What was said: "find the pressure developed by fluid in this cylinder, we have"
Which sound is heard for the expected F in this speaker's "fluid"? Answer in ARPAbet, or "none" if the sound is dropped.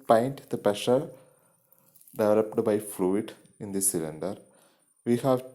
F